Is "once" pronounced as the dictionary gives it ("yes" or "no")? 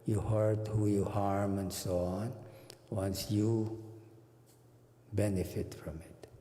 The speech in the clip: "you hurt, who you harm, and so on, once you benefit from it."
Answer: yes